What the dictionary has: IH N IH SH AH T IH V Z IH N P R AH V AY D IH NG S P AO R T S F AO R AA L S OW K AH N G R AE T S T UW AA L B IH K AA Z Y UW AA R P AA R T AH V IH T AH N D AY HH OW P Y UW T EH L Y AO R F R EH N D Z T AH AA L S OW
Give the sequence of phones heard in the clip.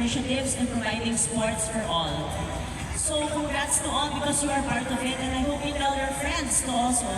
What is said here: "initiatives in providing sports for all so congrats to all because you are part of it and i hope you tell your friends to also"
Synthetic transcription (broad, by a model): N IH SH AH T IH V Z IH N P R AH V AY D IH NG S P AO R T S F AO R AA L S OW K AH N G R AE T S T UW AA L B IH K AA S Y UW AA R P AA R T AH V IH T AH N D AY HH OW P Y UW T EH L Y AO R F R EH N D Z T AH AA L S OW